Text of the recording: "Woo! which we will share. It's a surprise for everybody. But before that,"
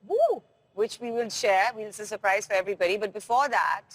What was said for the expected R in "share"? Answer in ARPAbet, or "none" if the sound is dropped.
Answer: W